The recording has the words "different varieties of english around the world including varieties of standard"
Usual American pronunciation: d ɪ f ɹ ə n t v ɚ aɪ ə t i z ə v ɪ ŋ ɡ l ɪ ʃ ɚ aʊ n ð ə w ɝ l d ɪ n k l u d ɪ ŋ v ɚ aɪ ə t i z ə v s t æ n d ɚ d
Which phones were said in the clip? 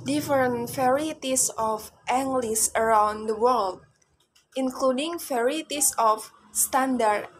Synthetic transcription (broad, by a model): d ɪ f ɹ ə n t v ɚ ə t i s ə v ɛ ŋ ɡ l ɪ s ɚ aʊ n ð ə w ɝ l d ɪ n k l u d ɪ ŋ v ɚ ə t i s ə f s t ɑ n d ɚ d